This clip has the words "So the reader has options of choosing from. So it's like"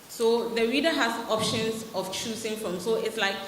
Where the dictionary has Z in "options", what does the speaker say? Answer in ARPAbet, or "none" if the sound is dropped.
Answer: S